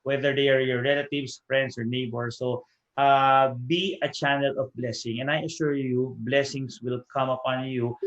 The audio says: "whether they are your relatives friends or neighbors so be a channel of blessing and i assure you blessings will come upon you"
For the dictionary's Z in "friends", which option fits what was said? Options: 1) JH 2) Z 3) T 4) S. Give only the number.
4